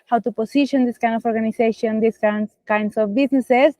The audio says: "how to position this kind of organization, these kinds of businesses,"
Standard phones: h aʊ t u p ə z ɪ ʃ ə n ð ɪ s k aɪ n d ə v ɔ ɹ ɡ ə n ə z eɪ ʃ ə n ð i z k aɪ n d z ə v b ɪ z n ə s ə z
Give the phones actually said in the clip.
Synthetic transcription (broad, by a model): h aʊ t u p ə s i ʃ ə n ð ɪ s k aɪ n d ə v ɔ ɹ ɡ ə n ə s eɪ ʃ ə n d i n k aɪ n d s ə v b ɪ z n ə s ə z